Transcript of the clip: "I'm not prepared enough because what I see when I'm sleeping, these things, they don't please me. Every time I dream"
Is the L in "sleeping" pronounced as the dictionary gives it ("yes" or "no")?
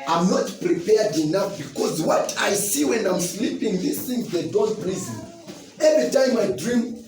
yes